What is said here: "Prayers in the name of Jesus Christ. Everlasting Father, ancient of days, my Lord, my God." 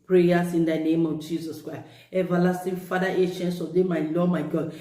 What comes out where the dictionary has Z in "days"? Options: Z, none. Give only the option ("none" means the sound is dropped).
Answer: none